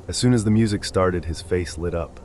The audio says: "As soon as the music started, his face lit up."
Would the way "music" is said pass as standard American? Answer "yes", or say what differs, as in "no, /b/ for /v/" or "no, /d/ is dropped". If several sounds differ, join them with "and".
yes